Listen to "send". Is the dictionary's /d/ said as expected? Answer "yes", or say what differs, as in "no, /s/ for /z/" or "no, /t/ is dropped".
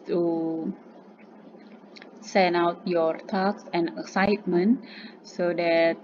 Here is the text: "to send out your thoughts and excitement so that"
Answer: no, /d/ is dropped